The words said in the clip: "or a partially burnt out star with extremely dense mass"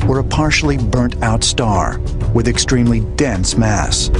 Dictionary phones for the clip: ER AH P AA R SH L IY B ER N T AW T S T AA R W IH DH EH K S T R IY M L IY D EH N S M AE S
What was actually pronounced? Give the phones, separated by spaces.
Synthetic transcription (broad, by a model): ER AH P AA R SH L IY B ER N T AW T S T AA R W IH DH EH K S T R IY M L IY D EH N S M AE S